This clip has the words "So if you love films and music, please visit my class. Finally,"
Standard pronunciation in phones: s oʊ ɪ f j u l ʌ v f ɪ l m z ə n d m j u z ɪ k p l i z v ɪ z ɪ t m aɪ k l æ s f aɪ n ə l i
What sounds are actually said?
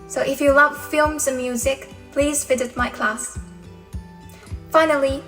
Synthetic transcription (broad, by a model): s oʊ ɪ f j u l ʌ v f ɪ l m z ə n m j u z ɪ k p l i z f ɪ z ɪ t m aɪ k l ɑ s f aɪ n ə l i